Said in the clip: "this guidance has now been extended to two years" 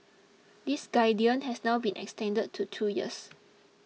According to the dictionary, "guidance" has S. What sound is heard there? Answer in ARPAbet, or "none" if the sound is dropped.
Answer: none